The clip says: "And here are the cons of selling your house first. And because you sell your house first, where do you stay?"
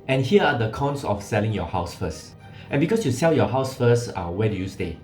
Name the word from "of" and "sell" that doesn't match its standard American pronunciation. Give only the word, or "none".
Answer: of